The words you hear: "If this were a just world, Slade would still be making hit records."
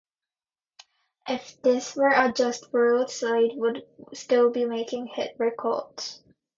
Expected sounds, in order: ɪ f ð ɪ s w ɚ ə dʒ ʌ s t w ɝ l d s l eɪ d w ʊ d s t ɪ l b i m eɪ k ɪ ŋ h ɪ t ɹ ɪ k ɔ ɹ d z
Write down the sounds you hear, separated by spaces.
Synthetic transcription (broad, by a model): ɪ f ð ɪ s w ɚ ə dʒ ʌ s t w ɝ l d s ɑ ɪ d w ʊ d s t ɪ l b i m eɪ k ɪ ŋ h ɪ t ɹ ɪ k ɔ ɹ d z